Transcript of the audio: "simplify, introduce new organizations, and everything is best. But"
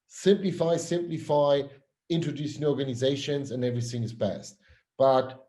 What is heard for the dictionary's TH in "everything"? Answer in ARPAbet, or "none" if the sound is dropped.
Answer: TH